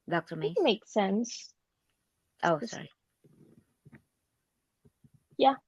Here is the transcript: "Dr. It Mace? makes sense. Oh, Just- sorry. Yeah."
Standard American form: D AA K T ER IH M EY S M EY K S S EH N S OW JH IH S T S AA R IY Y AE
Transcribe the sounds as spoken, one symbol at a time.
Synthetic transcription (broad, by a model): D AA K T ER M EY M EY K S S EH N S OW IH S S AA R IY Y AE